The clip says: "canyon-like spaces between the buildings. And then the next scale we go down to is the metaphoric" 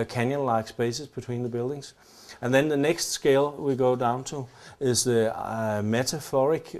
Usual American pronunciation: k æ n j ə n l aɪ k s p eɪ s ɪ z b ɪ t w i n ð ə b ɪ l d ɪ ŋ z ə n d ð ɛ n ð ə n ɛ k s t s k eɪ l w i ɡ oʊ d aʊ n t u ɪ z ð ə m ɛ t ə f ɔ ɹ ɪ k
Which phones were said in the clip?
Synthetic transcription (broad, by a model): k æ n j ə n l aɪ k s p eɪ s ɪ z b ɪ t w i n ð ə b ɪ l d ɪ ŋ z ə n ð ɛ n ð ə n ɛ k s t s k eɪ l w i ɡ oʊ d aʊ n t u ɪ z ð ə m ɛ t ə f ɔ ɹ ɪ k